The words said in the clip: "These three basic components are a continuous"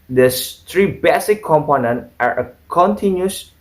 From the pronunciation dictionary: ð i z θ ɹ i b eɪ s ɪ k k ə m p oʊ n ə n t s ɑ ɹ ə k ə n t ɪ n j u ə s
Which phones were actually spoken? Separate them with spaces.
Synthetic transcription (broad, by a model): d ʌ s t ɹ i b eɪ s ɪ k k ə m p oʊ n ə n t ɑ ɹ ə k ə n t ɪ n j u s